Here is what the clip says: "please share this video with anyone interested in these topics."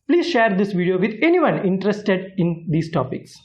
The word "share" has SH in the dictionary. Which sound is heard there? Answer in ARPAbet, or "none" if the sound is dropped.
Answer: SH